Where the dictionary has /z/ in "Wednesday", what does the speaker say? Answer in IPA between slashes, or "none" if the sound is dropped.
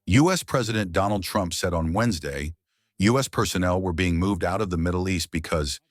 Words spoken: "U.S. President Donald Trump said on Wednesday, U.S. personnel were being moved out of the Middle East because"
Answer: /z/